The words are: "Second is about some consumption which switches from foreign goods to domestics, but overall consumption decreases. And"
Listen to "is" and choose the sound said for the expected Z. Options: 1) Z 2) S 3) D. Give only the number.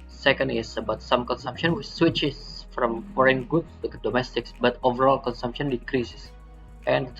2